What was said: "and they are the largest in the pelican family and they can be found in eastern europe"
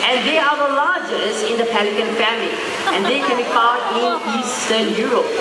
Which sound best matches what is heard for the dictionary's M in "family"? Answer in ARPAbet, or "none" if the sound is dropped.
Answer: M